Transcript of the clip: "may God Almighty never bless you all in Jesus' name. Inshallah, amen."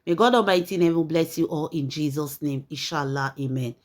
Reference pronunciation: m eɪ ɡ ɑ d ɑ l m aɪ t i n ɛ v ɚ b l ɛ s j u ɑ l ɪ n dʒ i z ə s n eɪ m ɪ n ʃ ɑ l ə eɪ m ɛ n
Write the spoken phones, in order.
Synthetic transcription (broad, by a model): m eɪ ɡ ɑ d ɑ m aɪ t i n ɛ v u b l ɛ s j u ɑ l ɪ n dʒ i z ə s n eɪ m ɪ n ʃ ɑ l ə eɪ m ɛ n